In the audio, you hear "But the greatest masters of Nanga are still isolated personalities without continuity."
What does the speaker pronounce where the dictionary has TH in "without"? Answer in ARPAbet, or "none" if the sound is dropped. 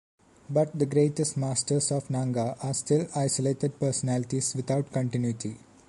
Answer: T